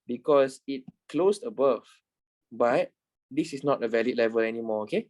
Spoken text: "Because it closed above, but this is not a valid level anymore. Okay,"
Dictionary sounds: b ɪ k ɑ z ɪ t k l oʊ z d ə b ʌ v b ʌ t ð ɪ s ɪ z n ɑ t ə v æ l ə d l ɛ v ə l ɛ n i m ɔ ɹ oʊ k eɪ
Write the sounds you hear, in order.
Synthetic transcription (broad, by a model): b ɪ k ɑ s ɪ t k l oʊ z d ə b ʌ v b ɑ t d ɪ s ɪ s n ɑ t ə v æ l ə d l ɛ v ə l ɛ n i m ɔ oʊ k eɪ